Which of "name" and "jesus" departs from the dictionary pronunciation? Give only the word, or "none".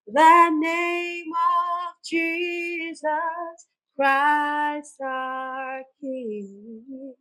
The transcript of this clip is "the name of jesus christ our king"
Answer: none